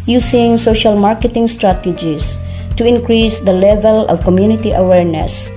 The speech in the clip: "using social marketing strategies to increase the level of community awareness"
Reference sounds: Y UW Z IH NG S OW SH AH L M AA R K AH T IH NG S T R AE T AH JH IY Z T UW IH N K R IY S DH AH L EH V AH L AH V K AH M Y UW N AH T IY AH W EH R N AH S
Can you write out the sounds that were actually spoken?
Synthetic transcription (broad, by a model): Y UW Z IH NG S OW SH AH L M AA R K AH T IH NG S T R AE T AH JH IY S T UW IH N K R IY S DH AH L EH V AH L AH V K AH M Y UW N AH T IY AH W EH R N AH S